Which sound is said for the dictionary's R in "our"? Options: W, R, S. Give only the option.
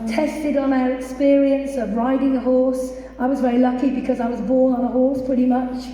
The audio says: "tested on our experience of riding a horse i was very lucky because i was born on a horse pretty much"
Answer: R